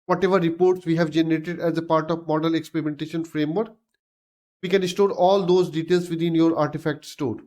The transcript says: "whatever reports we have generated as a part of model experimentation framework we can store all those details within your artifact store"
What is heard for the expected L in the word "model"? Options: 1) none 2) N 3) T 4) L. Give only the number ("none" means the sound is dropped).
4